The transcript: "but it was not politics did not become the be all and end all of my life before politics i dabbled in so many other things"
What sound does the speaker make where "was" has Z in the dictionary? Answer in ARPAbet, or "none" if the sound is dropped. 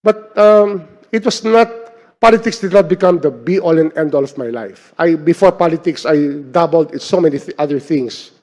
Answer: S